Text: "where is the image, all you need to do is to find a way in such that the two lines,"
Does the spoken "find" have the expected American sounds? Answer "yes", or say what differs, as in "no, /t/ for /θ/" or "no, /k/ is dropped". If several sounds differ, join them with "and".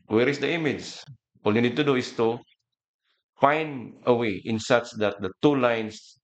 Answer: no, /d/ is dropped